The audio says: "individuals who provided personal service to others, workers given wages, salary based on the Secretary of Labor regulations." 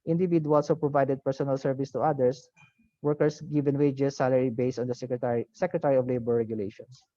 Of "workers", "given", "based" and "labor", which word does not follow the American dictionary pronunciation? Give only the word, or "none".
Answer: workers